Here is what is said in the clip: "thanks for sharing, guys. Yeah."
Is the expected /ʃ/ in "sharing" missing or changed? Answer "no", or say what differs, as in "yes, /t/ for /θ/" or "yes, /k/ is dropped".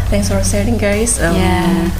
yes, /s/ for /ʃ/